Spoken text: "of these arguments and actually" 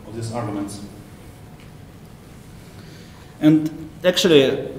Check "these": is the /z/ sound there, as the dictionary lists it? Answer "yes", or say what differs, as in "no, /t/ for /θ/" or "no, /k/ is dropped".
no, /s/ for /z/